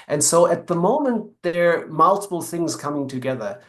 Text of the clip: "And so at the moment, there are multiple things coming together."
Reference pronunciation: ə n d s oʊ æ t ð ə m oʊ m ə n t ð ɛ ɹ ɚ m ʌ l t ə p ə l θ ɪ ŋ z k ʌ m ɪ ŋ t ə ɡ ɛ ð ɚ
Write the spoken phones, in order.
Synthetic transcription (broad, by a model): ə n s oʊ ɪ t ð ə m oʊ m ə n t ð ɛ ɹ m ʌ l t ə p l θ ɪ ŋ z k ʌ m ɪ ŋ t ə ɡ ɛ ð ɚ